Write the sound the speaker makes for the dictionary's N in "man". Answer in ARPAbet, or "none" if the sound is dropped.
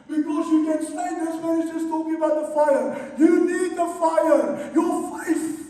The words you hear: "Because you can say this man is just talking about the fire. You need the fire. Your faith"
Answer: none